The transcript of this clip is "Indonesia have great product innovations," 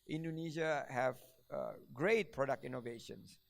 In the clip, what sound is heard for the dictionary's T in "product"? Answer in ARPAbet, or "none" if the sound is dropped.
T